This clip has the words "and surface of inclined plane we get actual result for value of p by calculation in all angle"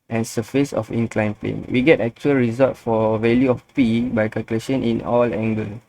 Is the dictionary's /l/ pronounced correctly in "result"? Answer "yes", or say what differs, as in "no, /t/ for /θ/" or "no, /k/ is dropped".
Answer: no, /l/ is dropped